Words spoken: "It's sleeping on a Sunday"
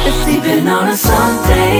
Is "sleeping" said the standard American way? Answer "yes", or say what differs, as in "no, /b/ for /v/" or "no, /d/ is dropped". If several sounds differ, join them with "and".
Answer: no, /l/ is dropped